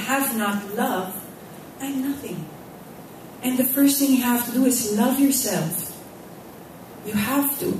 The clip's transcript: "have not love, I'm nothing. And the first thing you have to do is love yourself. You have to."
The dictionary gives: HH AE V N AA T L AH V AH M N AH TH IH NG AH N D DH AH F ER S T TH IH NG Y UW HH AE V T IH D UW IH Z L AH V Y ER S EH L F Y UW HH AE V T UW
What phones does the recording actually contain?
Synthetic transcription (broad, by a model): HH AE V N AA T L AH V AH N AH TH IH NG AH N DH AH F ER S T TH IH NG Y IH HH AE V T IH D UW IH Z L AH V Y ER S EH L F Y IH HH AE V T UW